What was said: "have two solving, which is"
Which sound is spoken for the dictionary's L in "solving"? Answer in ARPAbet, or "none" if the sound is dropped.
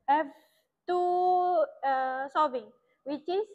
none